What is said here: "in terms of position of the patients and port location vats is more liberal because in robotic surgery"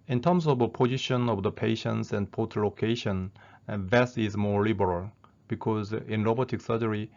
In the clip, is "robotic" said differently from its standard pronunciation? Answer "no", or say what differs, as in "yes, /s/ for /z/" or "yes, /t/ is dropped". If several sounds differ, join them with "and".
yes, /l/ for /ɹ/